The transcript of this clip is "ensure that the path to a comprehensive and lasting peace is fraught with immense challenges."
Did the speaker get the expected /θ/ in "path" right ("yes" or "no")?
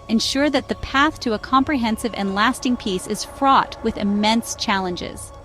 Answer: yes